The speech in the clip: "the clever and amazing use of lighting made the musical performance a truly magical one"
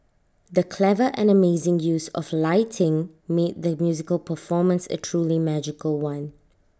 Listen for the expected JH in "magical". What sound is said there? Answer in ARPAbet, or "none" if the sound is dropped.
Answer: JH